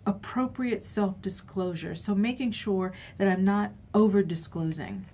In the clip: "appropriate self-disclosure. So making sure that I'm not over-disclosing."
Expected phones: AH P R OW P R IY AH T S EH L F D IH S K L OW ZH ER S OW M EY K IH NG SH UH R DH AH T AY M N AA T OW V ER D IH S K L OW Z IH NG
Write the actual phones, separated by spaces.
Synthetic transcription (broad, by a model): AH P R OW P R IY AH T S EH L F D IH S K L OW ZH ER S OW M EY K IH NG SH UH R DH AH T AY M N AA T OW V ER D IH S K L OW Z IH NG